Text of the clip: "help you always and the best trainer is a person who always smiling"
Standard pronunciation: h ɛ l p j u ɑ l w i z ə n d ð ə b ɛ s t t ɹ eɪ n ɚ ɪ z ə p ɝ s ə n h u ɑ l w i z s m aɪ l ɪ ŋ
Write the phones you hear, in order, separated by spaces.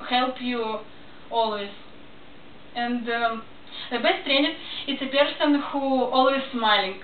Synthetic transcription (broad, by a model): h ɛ l p j u ɑ l w i z ə n d ð ə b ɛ s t t ɹ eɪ n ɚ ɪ s ə p ɝ s ə n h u ɑ l w i z s m aɪ l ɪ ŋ